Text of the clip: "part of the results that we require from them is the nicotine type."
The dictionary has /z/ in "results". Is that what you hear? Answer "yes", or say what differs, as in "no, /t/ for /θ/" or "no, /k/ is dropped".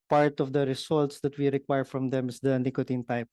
no, /s/ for /z/